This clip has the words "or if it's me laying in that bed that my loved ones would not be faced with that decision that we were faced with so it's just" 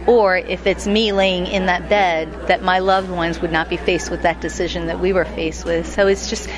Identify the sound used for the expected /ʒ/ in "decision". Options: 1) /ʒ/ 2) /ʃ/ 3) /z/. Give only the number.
1